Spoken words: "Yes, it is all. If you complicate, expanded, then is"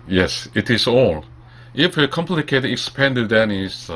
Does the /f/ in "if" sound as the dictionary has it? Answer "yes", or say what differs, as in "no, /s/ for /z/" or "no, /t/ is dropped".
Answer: yes